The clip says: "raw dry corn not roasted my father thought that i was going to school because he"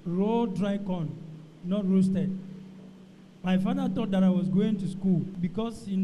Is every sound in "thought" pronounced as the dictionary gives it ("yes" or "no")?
no